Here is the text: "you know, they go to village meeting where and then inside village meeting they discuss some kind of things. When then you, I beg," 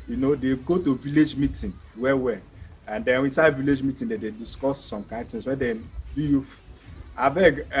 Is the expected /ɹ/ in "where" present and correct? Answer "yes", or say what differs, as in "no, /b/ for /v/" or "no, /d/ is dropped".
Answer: no, /w/ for /ɹ/